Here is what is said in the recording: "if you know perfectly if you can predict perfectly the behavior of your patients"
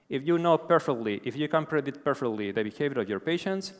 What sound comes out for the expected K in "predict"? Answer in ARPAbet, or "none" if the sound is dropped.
none